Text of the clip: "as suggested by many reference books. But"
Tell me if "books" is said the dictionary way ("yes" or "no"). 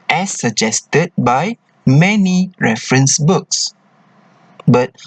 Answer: yes